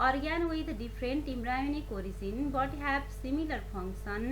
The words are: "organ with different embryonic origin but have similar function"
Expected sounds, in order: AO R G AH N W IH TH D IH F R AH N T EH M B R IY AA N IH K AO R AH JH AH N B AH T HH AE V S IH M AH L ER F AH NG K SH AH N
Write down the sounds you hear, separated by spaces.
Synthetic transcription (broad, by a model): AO R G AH N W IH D D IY P R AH N T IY M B R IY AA N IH K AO R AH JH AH N B AH T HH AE B S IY M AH L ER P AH NG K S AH N